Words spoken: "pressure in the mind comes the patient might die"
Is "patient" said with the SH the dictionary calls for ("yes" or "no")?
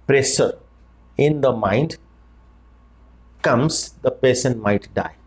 no